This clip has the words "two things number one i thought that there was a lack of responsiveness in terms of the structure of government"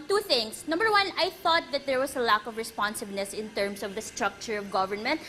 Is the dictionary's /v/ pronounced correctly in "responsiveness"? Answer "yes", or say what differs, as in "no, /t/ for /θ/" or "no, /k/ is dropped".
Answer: no, /b/ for /v/